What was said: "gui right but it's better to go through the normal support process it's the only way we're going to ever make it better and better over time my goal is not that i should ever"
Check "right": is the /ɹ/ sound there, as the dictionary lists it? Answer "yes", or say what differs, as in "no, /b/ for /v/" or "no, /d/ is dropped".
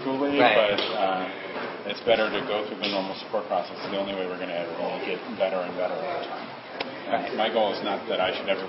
no, /l/ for /ɹ/